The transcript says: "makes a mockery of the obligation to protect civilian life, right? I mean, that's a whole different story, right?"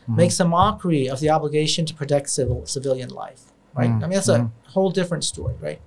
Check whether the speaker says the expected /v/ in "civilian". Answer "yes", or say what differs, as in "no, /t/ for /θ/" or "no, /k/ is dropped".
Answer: yes